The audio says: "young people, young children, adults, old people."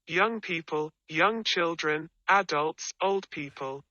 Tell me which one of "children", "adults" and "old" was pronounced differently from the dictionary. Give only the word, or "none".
none